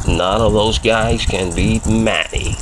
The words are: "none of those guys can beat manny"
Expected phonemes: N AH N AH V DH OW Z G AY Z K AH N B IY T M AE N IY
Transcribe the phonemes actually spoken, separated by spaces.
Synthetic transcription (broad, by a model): N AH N AH V DH OW Z G AY Z K AH N B IY M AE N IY